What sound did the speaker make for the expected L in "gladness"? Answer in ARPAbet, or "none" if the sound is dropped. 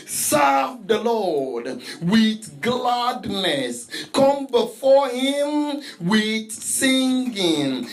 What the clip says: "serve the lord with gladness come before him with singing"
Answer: L